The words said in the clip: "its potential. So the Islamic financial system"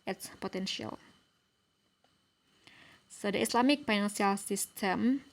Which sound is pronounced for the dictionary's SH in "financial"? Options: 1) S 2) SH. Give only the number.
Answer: 1